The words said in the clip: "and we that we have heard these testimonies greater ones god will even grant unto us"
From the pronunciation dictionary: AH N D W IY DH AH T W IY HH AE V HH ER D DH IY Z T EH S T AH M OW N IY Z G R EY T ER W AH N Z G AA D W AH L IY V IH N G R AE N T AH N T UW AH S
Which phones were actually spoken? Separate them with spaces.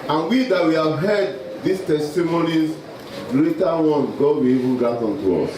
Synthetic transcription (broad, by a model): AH N W IY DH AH T W IY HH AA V HH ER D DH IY S T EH S T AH M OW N IY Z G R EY T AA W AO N G AA D W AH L IY V IH N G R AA T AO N T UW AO S